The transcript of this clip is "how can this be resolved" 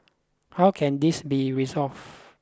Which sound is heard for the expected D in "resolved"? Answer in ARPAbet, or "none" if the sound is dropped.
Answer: none